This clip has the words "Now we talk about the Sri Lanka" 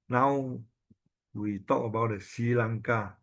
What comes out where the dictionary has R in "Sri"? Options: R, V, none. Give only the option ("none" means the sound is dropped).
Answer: none